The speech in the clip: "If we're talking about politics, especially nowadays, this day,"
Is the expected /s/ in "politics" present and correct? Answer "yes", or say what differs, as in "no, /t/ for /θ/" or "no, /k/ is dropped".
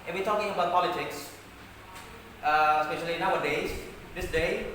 yes